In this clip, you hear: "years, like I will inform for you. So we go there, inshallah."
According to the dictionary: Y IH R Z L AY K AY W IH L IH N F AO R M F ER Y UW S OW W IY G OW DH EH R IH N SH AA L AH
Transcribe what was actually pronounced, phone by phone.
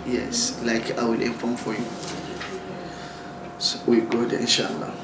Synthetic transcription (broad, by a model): Y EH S L AY K AY W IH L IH F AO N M F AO Y UW S OW W IY G OW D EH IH N SH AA L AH